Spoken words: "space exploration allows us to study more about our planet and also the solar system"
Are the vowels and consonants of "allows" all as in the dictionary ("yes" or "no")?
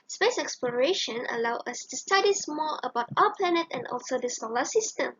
no